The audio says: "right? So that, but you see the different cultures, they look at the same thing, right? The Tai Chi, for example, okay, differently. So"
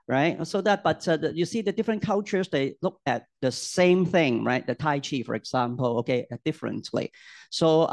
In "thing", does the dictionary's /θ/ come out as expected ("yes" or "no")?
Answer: yes